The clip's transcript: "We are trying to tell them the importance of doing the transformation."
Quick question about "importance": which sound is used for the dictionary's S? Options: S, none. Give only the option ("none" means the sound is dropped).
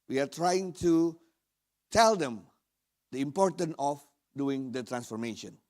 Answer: none